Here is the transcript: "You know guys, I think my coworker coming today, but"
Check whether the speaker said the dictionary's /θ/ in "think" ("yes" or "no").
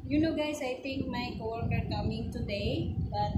no